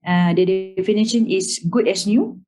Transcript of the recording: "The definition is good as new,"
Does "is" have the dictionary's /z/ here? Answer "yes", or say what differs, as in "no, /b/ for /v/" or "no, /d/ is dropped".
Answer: no, /s/ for /z/